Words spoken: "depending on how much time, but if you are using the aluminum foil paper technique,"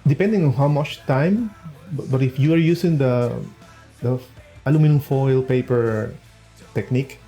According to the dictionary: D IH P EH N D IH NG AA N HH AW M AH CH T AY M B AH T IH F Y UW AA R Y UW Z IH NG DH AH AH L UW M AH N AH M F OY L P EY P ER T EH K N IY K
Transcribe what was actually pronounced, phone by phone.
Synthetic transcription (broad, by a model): D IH P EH N D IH NG AA N HH AW M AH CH T AY M B AH T IH F Y UW AA R Y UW S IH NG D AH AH L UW M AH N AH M F OY L P EY P ER T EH K N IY K